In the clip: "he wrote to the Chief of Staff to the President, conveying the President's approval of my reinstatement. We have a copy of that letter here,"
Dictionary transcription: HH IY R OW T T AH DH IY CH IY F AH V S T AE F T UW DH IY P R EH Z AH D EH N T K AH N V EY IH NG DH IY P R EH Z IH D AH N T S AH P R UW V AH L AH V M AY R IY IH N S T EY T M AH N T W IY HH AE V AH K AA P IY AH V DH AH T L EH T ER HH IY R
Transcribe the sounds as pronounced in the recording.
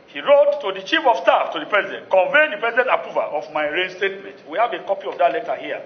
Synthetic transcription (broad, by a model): HH IY R OW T T AH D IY CH IY F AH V S T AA F T UW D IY P R EH Z AH D EH N T K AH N V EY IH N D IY P R EH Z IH D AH N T AH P UW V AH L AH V M AY R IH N S T EY T M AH N T W IY HH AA V AH K AA P IY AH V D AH T L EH T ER HH IY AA